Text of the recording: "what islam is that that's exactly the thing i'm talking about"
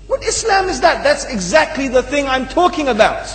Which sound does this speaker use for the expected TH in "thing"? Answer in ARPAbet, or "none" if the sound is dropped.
TH